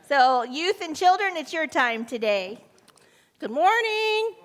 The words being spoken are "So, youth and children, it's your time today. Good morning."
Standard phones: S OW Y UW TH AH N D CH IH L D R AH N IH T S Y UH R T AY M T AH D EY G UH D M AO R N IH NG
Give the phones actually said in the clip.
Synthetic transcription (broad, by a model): S OW Y UW TH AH N CH IH L D R AH N IH T S Y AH R T AY M T AH D EY G UH D M AO R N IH NG